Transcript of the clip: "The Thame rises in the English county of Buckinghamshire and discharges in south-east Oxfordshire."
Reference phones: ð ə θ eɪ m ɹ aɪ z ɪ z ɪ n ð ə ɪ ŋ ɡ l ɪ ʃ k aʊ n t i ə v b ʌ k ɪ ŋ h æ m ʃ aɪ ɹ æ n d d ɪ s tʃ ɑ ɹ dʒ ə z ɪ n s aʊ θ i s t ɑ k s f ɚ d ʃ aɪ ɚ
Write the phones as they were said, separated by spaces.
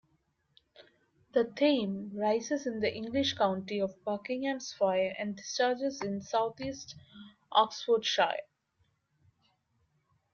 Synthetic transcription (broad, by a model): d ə t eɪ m ɹ aɪ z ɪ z ɪ n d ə ɪ ŋ ɡ l ɪ ʃ k aʊ n t i ə v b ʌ k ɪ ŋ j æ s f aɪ ɹ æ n d d ɪ s tʃ ɑ ɹ dʒ ə z ɪ n s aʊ t i s t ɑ k s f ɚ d ʃ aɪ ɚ